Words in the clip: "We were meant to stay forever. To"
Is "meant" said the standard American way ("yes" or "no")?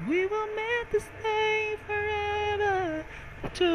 no